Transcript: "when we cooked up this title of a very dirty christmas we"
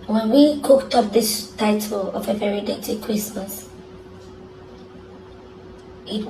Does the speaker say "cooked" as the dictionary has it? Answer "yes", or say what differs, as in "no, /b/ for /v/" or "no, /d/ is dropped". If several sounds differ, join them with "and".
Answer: yes